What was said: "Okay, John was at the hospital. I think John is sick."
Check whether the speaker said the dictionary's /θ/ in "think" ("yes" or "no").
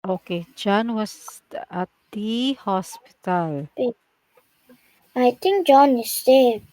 no